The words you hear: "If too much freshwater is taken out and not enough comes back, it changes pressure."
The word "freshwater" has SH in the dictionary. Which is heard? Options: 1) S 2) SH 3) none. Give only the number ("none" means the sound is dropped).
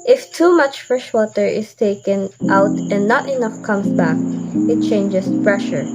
2